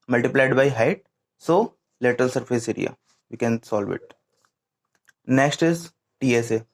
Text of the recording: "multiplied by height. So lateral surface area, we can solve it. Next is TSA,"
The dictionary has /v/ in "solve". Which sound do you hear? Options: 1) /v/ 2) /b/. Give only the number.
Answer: 1